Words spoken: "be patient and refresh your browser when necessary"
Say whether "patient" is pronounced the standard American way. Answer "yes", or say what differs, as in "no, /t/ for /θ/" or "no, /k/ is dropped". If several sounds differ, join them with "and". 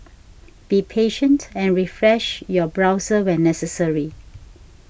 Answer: yes